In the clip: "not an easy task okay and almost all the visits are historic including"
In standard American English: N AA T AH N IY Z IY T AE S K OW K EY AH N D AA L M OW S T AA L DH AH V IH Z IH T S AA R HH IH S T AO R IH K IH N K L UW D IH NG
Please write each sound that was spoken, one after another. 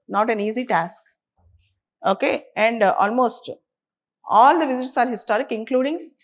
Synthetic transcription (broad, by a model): N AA T AH N IY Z IY T AE S K OW K EY AH N D AA L M OW S T AA L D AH V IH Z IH T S AA R HH IH S T AO R IH K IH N K L UW D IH NG